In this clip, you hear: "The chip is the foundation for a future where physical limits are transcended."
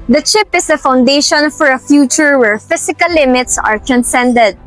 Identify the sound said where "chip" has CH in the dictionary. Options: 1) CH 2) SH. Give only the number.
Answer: 1